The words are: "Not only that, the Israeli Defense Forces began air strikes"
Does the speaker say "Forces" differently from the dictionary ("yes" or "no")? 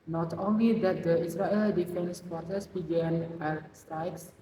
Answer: yes